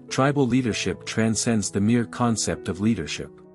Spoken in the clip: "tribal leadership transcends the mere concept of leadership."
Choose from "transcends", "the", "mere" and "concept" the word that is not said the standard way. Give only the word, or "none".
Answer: none